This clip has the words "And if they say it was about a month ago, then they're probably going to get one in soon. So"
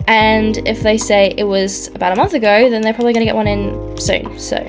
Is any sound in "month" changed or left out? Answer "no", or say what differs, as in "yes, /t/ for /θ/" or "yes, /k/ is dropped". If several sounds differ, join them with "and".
no